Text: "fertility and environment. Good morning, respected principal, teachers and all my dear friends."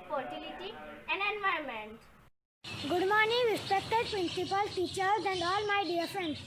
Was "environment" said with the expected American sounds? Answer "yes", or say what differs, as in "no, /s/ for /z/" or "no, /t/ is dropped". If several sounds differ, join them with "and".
no, /ɹ/ is dropped